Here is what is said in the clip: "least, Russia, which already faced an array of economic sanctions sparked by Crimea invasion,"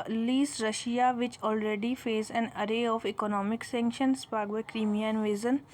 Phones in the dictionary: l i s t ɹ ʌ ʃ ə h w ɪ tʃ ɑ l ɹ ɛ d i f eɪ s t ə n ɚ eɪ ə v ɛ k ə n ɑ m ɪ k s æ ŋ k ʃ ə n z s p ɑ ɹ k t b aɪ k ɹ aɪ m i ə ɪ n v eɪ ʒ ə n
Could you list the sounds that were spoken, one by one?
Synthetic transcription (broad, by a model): l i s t ɹ ʌ ʃ ə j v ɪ tʃ ɑ l ɹ ɛ d i f eɪ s ə n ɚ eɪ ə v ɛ k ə n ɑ m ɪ k s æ ŋ k ʃ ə n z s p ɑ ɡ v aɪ k ɹ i m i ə n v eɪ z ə n